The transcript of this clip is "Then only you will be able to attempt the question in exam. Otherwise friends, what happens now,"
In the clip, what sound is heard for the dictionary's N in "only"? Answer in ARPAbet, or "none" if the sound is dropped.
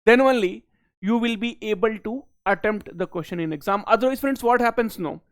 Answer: N